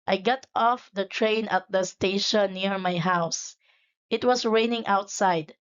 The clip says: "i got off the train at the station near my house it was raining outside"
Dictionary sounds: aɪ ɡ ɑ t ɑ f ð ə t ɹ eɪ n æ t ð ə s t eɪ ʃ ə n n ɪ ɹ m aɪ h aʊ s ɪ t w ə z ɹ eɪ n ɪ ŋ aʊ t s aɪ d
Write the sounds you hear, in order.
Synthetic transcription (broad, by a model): aɪ ɡ ɑ t ɑ f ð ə t ɹ eɪ n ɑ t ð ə s t eɪ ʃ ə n n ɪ ɹ m aɪ h aʊ s ɪ t w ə s ɹ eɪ n ɪ ŋ aʊ t s aɪ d